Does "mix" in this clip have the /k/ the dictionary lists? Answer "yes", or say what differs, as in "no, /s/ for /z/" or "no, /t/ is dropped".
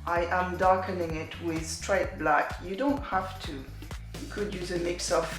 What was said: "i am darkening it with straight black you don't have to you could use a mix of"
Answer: yes